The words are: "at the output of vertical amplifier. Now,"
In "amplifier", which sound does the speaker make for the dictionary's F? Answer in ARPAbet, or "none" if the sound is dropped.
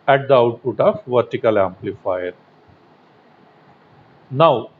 F